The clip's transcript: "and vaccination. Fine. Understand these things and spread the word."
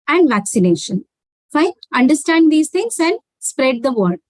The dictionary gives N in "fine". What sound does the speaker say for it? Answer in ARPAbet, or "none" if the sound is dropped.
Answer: none